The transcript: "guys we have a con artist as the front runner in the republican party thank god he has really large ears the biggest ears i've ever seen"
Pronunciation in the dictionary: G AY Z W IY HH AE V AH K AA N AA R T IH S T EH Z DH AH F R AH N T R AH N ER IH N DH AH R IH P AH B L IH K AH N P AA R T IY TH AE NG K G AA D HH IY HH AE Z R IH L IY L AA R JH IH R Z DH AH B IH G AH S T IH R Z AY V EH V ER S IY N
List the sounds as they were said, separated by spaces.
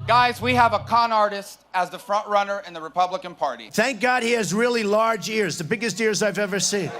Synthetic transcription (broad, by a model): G AY Z W IY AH V AH K AA N AA R T IH S T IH Z DH AH F R AH N T R AH N ER IH N DH AH R IH P AH B L IH K AH N P AA R T IY TH AE NG K G AA D HH IY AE Z R IH L IY L AA R JH IH R Z DH AH B IH G AH S T IH R Z AY V EH V ER S IY N